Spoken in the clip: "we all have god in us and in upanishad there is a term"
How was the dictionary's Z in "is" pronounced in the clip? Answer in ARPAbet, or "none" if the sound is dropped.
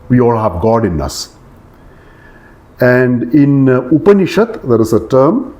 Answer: S